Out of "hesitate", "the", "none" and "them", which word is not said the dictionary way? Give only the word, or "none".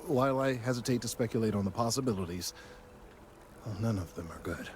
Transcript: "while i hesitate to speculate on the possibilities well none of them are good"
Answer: none